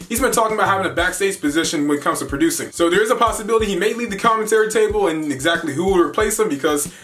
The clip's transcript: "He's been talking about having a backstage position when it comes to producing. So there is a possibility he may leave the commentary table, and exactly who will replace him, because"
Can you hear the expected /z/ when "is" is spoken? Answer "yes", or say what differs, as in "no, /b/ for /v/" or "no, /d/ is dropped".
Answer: yes